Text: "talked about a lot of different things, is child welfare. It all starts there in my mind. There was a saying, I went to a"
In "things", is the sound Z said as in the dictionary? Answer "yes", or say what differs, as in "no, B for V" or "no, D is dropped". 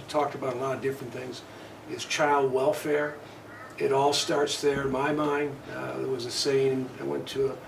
yes